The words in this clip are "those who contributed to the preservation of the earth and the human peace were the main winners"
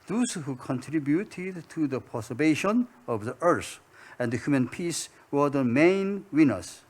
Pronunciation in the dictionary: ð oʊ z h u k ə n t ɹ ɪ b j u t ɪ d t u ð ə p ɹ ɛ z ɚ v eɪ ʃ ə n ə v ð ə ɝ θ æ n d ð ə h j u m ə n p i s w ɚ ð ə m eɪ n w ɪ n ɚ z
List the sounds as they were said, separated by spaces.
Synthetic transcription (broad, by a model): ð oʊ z h u k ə n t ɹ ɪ b j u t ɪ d t u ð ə p ɔ s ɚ b eɪ ʃ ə n ə v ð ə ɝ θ æ n d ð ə h j u m ə n p i s w ɚ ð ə m eɪ n w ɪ n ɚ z